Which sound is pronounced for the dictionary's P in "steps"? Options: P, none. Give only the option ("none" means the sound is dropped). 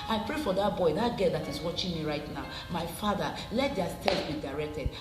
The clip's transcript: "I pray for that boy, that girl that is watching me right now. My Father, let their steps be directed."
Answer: none